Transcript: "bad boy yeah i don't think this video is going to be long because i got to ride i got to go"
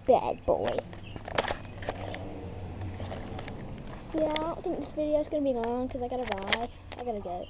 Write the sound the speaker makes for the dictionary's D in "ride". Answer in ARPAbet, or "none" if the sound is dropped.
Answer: none